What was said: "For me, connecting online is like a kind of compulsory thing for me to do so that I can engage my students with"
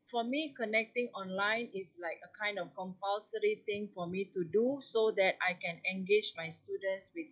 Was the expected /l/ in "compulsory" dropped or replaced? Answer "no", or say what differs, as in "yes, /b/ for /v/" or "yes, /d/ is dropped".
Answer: no